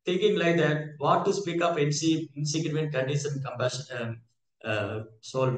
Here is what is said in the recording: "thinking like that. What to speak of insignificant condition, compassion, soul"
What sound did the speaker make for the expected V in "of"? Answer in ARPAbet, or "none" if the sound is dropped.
P